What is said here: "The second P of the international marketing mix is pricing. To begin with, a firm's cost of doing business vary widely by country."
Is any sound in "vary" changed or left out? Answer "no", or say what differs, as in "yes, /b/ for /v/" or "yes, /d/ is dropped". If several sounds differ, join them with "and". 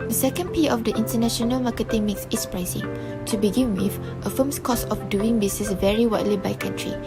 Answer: no